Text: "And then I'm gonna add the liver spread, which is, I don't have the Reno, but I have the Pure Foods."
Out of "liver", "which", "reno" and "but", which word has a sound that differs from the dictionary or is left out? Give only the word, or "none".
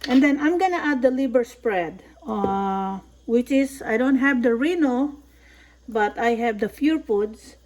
liver